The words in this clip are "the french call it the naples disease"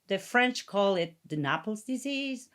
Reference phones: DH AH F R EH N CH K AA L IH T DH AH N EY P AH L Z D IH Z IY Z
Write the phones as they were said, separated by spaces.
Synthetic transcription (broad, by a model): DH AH F R EH N CH K AA L IH T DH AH N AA P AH L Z D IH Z IY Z